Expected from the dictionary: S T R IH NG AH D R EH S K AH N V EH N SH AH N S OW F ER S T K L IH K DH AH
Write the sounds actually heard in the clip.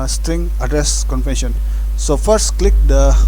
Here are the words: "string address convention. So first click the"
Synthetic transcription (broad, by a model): S T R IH NG AH D R EH S K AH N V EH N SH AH N S OW F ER S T K L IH K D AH